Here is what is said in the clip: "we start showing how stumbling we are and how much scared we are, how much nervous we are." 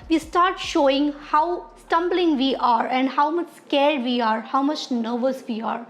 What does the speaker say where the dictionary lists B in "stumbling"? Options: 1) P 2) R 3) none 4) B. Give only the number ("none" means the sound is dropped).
4